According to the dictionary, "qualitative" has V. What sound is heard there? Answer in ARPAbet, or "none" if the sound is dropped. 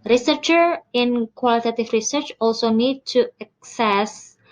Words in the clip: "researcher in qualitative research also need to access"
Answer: F